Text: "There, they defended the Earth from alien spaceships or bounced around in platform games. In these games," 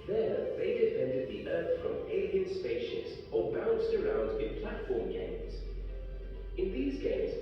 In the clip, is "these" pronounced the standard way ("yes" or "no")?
yes